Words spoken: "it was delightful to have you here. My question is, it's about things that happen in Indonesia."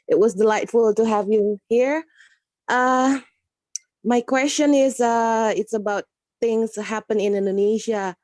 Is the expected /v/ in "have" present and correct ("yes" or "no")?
yes